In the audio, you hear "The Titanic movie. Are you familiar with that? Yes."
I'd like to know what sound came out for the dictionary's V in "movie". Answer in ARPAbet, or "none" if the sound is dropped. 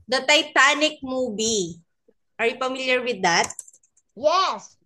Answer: B